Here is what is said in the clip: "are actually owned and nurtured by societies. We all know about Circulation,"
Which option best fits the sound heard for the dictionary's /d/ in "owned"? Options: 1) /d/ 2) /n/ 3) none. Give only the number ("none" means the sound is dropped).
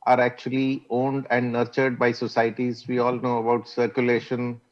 1